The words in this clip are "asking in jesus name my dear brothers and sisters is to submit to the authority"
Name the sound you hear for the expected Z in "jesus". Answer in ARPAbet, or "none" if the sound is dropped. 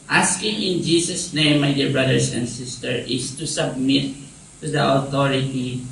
S